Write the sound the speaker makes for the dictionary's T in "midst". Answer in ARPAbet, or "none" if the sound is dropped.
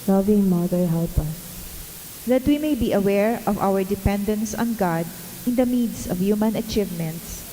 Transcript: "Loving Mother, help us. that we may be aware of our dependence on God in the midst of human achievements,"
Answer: none